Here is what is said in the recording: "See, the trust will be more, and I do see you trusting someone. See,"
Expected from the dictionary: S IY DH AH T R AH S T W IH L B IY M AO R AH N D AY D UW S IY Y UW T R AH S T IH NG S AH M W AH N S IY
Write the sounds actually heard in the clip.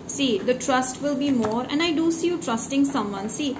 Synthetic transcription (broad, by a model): S IY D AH T R AH S T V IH L B IY M AO R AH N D AY D UW S IY Y UW T R AH S T IH NG S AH M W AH N S IY